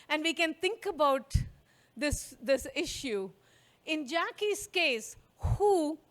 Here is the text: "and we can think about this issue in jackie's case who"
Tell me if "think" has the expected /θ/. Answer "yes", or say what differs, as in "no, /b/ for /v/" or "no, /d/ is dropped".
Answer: no, /t/ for /θ/